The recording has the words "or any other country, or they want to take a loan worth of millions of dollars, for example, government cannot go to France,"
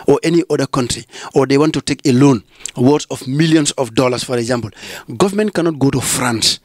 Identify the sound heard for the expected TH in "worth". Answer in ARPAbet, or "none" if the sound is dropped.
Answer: S